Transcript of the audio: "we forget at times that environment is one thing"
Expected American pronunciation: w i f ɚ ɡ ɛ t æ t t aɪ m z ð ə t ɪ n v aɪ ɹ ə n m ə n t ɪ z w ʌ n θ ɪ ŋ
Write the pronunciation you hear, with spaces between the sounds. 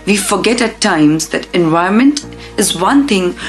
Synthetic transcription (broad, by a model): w i f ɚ ɡ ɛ t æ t t aɪ m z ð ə t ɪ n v aɪ ə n m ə n t ɪ z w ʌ n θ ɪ ŋ